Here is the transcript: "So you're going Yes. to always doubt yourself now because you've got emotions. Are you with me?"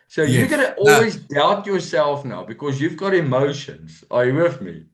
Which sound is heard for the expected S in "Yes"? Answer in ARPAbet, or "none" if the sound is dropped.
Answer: none